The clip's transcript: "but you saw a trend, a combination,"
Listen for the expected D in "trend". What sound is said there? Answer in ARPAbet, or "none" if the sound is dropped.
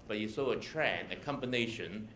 none